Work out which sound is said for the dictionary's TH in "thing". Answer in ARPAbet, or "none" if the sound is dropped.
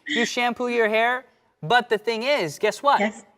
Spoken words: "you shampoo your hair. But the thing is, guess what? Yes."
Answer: TH